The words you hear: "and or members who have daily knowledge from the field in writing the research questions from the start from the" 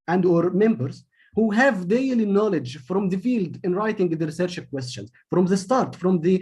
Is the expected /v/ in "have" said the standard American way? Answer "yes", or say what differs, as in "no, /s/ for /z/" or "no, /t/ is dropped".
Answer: yes